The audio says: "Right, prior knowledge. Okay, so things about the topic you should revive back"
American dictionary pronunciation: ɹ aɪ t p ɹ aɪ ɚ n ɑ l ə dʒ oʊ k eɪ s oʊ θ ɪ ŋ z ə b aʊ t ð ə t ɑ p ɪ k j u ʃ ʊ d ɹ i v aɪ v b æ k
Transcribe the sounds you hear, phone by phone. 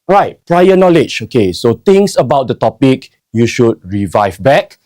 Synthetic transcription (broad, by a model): ɹ aɪ t p ɹ aɪ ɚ n ɑ l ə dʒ oʊ k eɪ s oʊ t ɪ ŋ s ə b aʊ t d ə t ɑ p ɪ k j u ʃ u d ɹ i v aɪ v b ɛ k